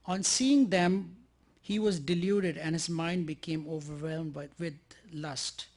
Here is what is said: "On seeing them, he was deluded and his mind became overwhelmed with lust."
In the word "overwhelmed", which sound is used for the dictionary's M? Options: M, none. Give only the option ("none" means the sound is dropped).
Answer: M